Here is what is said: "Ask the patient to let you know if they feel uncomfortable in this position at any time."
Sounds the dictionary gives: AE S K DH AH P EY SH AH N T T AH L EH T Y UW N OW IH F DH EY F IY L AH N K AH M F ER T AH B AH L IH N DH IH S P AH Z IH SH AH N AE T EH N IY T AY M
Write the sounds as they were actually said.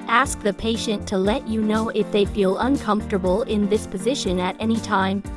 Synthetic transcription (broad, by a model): AE S K DH AH P EY SH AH N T T AH L EH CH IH N OW IH F DH EY F IY L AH N K AH M F T AH B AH L IH N DH IH S P AH Z IH SH AH N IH T EH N IY T AY M